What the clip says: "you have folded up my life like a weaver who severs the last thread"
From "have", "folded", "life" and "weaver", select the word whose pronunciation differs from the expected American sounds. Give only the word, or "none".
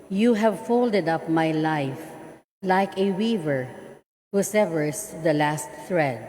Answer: none